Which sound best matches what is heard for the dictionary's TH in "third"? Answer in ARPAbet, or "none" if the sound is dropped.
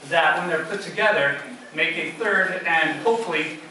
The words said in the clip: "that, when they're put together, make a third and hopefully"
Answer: TH